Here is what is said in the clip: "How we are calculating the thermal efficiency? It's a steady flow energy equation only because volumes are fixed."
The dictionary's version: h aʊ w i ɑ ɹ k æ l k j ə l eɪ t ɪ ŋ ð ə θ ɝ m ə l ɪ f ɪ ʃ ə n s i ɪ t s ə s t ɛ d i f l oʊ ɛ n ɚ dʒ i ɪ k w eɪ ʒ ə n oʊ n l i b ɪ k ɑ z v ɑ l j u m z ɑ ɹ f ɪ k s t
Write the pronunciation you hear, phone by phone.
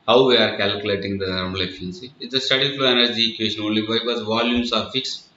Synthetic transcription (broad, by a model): h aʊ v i ɑ ɹ k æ l k j l eɪ t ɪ ŋ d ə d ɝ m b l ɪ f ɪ ə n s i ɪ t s ə s t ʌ d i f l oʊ ɛ n ɚ dʒ i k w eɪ ʃ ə n oʊ n l i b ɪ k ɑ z v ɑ l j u m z ɑ ɹ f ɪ k s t